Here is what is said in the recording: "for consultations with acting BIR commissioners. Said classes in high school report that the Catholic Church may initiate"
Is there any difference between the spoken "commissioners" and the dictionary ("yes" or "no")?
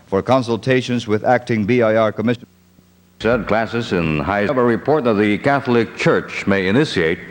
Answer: yes